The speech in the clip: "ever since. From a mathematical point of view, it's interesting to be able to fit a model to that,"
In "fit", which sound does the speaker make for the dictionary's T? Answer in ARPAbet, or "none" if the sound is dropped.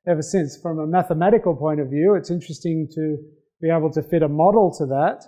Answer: T